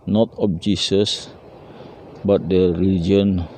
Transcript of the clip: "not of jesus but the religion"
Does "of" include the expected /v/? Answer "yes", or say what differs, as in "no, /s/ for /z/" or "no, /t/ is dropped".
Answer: no, /p/ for /v/